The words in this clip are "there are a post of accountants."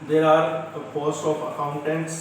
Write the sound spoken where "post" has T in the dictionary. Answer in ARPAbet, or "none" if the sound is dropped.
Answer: none